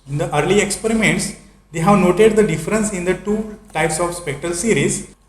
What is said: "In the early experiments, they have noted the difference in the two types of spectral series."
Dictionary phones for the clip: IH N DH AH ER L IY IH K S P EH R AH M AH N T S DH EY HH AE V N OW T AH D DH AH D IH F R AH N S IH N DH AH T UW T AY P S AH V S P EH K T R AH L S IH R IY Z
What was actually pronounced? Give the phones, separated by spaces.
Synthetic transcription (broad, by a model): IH N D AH ER L IY IH K S P EH R AH M AH N T S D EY HH AE V N OW T AH D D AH D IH F R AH N S IH N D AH T UW T AY P S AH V S P EH K T R AH L S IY R IY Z